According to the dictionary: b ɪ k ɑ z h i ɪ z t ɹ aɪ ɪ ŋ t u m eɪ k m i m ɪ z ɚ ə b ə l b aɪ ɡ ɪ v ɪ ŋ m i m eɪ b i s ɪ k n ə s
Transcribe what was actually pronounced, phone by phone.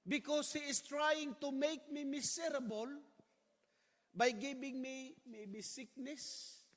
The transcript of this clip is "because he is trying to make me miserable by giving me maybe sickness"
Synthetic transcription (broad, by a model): b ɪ k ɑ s h i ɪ s t ɹ aɪ ɪ ŋ t u m eɪ k m i m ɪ s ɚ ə b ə l b aɪ ɡ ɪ b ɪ ŋ m i m eɪ b i s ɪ k n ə s